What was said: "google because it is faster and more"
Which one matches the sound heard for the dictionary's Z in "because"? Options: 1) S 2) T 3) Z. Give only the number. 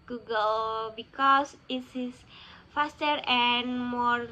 1